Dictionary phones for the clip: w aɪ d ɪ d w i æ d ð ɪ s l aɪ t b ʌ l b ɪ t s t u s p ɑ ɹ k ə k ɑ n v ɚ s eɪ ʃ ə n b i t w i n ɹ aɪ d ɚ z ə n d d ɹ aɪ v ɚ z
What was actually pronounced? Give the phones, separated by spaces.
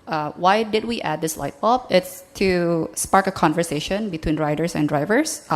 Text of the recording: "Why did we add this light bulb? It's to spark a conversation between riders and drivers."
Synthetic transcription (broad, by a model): w aɪ d ɪ d w i æ d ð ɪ s l aɪ t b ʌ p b ɪ t s t u s p ɑ ɹ k ə k ɑ n v ɚ s eɪ ʃ ə n b i t w i n ɹ aɪ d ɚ s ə n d d ɹ aɪ v ɚ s